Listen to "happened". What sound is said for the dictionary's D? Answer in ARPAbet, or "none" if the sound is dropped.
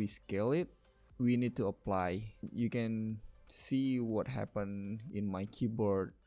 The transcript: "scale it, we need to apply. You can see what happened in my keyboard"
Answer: none